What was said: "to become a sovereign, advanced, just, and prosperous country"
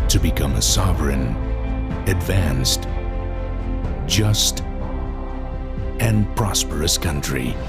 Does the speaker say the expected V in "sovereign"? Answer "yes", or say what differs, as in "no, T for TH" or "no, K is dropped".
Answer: yes